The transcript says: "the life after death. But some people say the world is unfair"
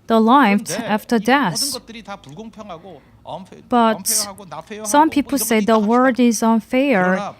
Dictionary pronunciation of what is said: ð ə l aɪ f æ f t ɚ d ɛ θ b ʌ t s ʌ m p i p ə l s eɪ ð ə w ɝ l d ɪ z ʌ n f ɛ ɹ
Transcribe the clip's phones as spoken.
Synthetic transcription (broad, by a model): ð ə l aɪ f æ f t ɚ d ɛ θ b ʌ t s ʌ m p i p l s eɪ ð ə w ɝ d ɪ z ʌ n f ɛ ɹ